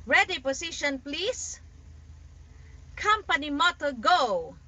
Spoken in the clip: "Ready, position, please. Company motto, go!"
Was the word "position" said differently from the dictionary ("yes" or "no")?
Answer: yes